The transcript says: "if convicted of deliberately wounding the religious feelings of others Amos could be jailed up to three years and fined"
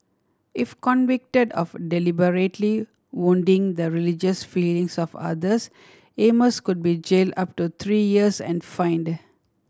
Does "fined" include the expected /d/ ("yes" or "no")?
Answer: yes